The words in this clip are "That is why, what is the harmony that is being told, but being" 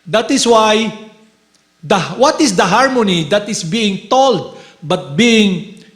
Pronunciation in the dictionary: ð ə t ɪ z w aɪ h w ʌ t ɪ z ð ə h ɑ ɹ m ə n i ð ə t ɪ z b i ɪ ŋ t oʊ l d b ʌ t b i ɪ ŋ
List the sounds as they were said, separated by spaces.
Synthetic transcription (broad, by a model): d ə t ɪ s w aɪ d w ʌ t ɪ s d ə h ɑ ɹ m ə n i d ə t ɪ s b i ɪ ŋ t oʊ l d b ʌ t b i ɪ ŋ